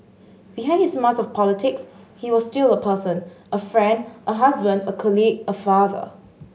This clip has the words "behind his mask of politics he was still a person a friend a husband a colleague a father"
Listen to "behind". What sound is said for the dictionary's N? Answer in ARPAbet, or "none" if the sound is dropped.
none